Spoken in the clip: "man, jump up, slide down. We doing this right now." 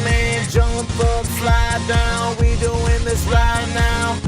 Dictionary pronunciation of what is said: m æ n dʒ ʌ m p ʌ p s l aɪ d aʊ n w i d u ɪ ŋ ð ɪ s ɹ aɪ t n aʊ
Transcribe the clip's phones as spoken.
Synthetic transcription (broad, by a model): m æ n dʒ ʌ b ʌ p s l aɪ d aʊ n w i d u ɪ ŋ ð ɪ s l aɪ n aʊ